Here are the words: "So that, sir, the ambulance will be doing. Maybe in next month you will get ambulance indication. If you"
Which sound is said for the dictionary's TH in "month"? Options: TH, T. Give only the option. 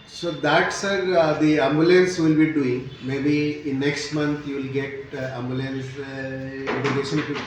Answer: T